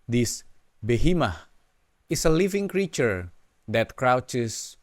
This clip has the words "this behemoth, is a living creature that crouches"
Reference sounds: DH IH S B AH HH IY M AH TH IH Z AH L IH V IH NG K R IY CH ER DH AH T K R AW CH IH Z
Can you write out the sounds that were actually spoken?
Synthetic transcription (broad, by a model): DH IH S B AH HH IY M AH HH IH S AH L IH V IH NG K R IY CH ER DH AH T K R AW CH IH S